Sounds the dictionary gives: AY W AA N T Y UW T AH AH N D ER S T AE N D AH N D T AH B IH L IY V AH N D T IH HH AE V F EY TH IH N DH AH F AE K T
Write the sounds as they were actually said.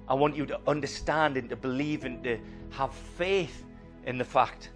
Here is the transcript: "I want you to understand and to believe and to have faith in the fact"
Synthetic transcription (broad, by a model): AY W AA N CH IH T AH AH N D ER S T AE N D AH N T AH B IH L IY V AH N T IH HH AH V F EY TH IH N DH AH F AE K T